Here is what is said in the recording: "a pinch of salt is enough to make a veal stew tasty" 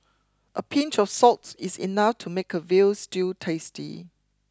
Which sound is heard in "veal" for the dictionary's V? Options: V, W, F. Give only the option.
V